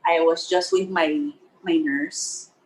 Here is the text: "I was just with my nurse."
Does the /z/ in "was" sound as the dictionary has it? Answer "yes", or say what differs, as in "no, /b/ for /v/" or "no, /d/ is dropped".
yes